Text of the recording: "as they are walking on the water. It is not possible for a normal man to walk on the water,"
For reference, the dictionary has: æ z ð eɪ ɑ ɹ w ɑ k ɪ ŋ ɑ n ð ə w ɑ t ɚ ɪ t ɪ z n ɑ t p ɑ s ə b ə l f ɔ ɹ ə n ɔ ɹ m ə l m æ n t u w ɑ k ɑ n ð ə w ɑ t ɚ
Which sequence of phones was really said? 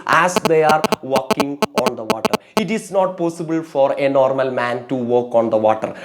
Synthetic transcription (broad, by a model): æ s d eɪ ɑ ɹ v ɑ k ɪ ŋ ɑ n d ə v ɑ t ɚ ɪ t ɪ s n ɑ t p ɑ s ə b ə l f ɔ ɹ ə n ɔ ɹ m ə l m æ n t u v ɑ k ɑ n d ə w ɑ t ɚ